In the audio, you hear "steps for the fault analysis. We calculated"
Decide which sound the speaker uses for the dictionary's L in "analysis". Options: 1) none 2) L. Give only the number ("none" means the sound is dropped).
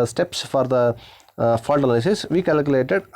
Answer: 1